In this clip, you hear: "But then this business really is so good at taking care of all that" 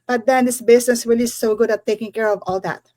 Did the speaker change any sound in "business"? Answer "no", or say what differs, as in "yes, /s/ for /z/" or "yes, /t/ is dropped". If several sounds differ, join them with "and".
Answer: yes, /s/ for /z/